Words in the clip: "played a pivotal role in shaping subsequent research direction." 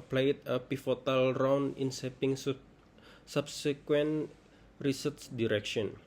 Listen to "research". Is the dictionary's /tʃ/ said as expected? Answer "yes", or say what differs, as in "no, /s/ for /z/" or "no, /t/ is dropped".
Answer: no, /s/ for /tʃ/